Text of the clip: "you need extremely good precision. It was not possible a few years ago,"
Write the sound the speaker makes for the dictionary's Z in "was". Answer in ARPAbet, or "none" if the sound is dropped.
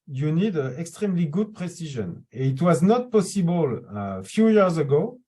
Z